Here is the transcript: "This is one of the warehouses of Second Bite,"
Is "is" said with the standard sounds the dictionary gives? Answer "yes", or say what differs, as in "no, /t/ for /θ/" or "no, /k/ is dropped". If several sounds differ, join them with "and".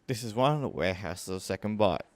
yes